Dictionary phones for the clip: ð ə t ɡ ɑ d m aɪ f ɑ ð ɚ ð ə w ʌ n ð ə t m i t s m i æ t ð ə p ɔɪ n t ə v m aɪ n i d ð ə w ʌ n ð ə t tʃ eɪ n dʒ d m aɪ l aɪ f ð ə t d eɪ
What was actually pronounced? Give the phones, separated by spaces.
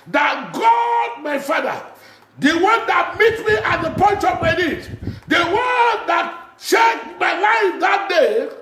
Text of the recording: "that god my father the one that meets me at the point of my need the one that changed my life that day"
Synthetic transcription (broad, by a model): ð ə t ɡ ɑ d m aɪ f ɑ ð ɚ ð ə w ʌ n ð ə t m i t m i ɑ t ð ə p ɔɪ n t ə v m aɪ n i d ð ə w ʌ n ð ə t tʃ eɪ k m aɪ l aɪ f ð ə t d eɪ